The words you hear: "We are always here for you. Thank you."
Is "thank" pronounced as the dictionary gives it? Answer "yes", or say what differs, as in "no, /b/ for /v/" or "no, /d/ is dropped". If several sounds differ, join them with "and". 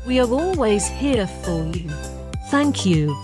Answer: yes